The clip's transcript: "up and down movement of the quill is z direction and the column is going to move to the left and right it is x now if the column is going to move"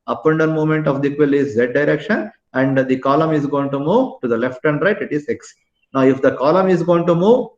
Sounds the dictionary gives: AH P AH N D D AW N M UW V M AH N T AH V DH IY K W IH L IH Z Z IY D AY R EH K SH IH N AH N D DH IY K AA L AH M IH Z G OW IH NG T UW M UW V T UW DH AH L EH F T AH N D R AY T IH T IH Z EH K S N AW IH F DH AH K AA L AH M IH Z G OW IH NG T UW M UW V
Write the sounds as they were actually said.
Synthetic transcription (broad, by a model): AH P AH N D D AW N M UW M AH N T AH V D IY K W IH L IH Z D D AY R EH K SH IH N AH N D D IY K AA L AH M IH Z G OW IH NG T UW M UW V T UW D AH L EH F T AH N D R AY T IH T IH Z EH K S N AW IH F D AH K AA L AH M IH Z G OW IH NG T UW M UW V